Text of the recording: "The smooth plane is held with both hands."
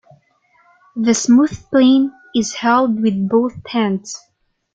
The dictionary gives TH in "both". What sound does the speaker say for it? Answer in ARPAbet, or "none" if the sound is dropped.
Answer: TH